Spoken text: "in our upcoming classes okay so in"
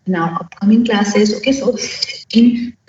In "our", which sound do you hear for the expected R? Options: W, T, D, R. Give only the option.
W